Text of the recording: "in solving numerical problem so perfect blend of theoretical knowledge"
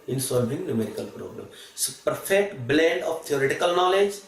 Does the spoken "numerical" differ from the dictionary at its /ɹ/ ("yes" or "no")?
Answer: no